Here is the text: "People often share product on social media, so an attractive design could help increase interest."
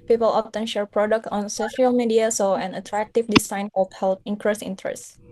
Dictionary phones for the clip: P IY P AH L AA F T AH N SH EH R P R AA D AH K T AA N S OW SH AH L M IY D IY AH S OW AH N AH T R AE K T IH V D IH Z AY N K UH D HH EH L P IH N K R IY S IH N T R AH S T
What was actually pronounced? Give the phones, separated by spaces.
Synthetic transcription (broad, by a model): P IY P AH L AA F T AH N SH EH R P R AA D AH K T AA N S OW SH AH L M IY D IY AH S OW AH N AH T R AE K T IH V D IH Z AY N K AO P HH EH L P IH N K R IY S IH N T R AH S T